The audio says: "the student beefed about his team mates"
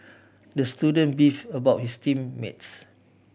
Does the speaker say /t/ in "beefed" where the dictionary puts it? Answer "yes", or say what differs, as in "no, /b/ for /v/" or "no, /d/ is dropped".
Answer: no, /t/ is dropped